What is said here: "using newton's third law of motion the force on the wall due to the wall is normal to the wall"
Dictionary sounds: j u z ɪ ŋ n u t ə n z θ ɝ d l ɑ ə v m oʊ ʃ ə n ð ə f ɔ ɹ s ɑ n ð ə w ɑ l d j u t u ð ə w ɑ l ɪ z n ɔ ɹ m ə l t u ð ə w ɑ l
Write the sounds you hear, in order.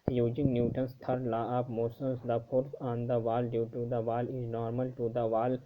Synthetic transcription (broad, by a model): j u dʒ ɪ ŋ n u t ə n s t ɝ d l ɑ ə p m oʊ s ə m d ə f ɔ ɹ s ɑ n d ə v ɑ l d j u t u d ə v ɑ l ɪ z n ɔ ɹ m ə l t u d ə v ɑ l